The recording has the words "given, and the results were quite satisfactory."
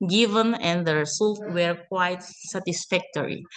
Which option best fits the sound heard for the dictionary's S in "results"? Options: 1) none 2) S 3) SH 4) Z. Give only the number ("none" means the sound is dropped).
1